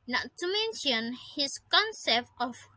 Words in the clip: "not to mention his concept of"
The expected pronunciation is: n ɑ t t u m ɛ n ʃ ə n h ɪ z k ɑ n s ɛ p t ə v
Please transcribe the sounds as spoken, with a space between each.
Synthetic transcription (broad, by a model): n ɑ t t u m ɛ n ʃ ə n h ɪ s k ɑ n s ɛ p t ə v